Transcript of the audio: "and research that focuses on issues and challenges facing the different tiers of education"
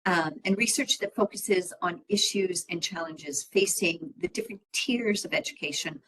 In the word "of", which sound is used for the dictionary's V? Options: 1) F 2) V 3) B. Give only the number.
2